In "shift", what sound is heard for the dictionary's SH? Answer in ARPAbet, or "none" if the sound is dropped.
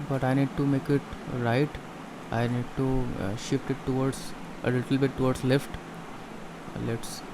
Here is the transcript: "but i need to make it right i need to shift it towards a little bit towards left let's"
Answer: SH